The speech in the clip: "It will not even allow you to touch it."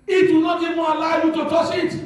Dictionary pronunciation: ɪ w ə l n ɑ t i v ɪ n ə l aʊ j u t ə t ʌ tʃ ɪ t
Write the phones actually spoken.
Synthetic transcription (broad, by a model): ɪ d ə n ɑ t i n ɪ ə l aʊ j u t ə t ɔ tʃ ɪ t